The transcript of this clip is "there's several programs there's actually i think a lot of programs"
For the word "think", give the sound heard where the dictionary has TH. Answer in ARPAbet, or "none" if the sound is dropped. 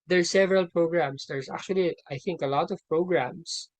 TH